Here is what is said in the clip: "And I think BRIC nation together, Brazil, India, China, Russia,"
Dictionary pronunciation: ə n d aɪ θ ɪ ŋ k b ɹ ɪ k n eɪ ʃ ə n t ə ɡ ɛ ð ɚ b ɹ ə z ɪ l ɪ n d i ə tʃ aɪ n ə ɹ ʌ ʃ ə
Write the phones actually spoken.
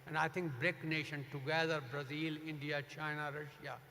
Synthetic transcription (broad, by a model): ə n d aɪ t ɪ ŋ k b ɹ ɪ k n eɪ ʃ ə n t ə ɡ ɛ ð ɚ b ɹ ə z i l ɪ n d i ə tʃ aɪ n ə ɹ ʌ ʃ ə